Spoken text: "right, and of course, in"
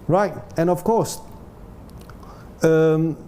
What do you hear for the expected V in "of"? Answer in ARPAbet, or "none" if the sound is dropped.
F